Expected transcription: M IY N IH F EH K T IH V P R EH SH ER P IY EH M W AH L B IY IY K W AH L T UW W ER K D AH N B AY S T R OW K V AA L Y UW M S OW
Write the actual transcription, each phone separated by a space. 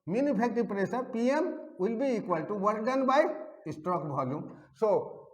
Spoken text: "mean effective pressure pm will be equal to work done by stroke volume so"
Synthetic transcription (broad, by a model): M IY N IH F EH K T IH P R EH S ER P IY EH M W AH L B IY IY K W AH L T UW W ER K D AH N B AY S T R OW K B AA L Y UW M S OW